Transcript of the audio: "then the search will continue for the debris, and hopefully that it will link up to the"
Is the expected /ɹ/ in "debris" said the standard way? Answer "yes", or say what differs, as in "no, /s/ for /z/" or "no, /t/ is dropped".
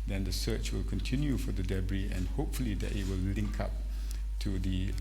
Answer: yes